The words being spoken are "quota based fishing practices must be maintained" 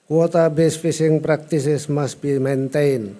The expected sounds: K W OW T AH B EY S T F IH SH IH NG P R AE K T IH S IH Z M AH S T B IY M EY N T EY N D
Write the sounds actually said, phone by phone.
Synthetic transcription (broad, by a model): K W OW T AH B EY S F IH S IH NG P R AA K T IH S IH S M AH S B IY M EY N T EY N